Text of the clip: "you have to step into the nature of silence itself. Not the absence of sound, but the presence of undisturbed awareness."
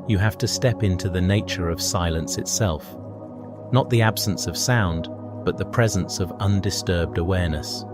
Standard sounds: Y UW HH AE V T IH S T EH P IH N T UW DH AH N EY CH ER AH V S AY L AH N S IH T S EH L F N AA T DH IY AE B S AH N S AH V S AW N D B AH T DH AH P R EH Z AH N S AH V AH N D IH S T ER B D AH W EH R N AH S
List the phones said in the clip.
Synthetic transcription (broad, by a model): Y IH HH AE F T IH S T EH P IH N T UW DH AH N EY CH ER AH V S AY L AH N S IH T S EH L F N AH T DH IY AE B S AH N S AH V S AW N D B AH T DH AH P R EH Z AH N S AH V AH N D IH S T ER B D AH W EH R N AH S